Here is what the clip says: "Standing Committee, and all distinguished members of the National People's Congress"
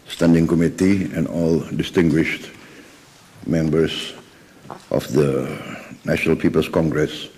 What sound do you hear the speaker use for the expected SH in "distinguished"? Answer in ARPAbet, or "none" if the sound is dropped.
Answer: SH